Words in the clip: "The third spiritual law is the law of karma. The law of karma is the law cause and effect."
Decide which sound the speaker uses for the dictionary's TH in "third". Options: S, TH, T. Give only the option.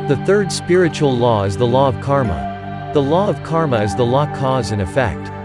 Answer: TH